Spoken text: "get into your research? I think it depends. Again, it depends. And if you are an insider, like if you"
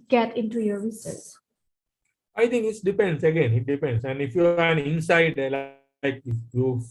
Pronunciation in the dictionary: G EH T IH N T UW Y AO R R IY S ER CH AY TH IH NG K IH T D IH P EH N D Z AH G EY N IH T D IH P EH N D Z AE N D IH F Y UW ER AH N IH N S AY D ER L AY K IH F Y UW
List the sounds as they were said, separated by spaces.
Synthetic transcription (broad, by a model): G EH T IH N T UW Y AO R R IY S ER S AY T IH NG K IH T D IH P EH N D S AH G EY N IH T D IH P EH N D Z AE N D IH F Y UW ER AH N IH N S AY D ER L AY K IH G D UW